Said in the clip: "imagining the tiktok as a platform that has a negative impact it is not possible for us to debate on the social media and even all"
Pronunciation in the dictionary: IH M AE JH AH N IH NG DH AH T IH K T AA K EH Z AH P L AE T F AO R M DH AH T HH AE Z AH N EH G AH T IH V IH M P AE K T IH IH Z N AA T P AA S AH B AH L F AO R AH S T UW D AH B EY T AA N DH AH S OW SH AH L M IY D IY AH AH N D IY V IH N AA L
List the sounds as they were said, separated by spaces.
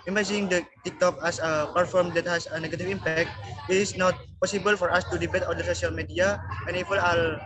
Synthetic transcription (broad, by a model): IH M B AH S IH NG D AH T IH K T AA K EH S AH P AH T F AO R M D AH T HH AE S AH N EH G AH T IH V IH M P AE K T IH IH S N AA T P AA S AH B AH L F AO R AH S T UW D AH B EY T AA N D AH S OW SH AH L M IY D IY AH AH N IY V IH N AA L